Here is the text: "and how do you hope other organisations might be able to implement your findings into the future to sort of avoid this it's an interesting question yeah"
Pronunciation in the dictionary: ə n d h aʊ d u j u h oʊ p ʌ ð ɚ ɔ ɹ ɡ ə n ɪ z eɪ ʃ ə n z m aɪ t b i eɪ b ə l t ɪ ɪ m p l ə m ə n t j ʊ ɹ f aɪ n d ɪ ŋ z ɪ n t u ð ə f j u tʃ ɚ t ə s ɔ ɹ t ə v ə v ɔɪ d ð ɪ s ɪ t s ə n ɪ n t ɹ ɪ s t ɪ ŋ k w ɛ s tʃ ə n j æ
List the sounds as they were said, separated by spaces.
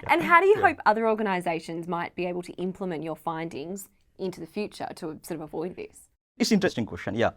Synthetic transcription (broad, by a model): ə n h aʊ d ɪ j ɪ h oʊ p ʌ ð ɚ ɔ ɹ ɡ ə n ɪ z eɪ ʃ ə n z m aɪ t b i eɪ b ə l t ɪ ɪ m p l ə m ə n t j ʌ ɹ f aɪ n d ɪ ŋ z ɪ n t u ð ə f j u tʃ ɚ t ə s ɔ ɹ t ə v ə v ɔɪ d ð ɪ s ɪ t s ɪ n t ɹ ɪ s t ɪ ŋ k w ɛ s tʃ ə n j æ